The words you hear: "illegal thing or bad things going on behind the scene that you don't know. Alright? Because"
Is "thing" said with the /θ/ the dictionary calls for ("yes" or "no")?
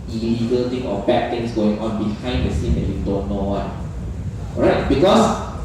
no